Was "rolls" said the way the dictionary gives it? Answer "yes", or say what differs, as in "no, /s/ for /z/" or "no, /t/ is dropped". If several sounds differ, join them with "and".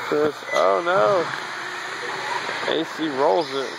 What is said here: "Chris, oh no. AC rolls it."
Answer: yes